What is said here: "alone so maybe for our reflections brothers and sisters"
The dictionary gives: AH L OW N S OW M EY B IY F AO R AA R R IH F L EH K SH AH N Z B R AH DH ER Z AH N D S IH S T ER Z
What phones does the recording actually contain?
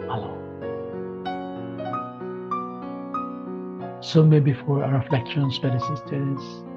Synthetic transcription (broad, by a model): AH L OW S OW M EY B IY F AO R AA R R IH F L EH K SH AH N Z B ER AH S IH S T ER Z